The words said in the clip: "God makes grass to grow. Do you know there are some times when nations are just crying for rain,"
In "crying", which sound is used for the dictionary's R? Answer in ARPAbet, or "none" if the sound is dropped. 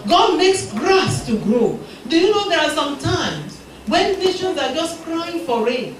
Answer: R